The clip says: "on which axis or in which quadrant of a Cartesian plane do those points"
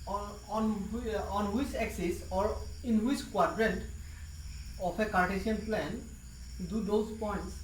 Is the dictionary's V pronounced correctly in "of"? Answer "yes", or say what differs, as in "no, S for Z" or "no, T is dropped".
no, P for V